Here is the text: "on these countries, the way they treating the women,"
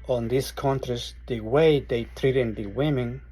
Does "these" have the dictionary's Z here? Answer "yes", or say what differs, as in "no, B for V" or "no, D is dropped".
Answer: no, S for Z